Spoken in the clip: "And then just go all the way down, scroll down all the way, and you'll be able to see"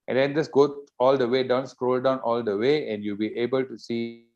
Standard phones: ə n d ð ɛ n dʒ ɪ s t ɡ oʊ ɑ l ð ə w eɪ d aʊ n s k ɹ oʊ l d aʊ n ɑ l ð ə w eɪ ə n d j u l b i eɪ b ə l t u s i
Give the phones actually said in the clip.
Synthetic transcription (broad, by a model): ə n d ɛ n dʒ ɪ s ɡ oʊ ɑ l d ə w eɪ d aʊ n s k ɹ oʊ l d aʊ n ɑ l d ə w eɪ ə n d j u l b i eɪ b ə l t u s i